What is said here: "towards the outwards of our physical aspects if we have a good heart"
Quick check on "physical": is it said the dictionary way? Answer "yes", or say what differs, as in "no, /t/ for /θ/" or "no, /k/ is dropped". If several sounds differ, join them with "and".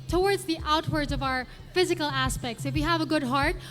yes